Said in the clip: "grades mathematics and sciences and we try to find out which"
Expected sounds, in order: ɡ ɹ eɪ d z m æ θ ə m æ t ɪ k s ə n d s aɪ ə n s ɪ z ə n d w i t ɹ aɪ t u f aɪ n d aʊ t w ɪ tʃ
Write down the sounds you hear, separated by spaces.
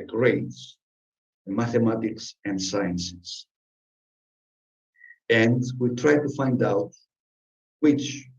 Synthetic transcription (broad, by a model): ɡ ɹ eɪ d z m æ θ ə m æ t ɪ k s ə n d s aɪ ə n s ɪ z ə n d w i t ɹ aɪ t u f aɪ n d aʊ t w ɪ tʃ